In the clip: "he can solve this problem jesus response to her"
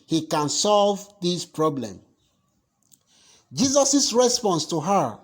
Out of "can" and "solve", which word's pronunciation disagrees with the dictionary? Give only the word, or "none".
none